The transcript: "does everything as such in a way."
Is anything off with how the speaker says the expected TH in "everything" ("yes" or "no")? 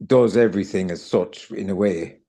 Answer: no